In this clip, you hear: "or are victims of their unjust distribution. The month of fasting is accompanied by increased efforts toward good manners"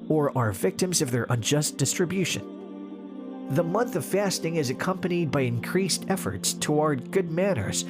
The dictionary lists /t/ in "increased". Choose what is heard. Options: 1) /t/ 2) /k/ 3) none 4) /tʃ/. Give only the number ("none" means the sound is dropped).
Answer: 1